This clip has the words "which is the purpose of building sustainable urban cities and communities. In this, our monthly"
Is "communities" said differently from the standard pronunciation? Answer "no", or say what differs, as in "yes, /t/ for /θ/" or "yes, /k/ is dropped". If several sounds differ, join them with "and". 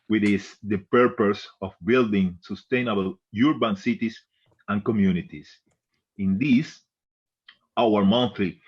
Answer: yes, /s/ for /z/